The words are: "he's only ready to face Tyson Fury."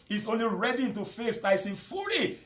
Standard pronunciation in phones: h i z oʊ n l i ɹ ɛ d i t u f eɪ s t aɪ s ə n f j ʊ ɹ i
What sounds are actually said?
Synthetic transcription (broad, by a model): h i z oʊ n l i ɹ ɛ d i t u f eɪ s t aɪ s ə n f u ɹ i